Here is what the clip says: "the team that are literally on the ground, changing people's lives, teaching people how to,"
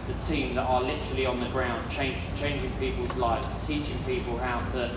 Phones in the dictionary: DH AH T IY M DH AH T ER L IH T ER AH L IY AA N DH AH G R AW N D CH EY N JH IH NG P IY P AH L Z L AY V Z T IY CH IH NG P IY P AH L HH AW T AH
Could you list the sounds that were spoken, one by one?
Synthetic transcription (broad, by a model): DH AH T IY M DH AH T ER L IH T ER AH L IY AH N DH AH G R AW N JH CH EY N JH IH NG P IY P AH L Z L AY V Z T IY CH IH NG P IY P AH L HH AW T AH